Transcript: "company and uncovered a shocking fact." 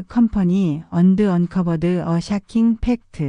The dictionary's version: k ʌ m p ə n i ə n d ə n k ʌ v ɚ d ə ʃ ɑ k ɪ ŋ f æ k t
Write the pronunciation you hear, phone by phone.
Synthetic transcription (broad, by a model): k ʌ m p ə n i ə n d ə n k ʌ b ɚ d ə ʃ ɑ k ɪ ŋ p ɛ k t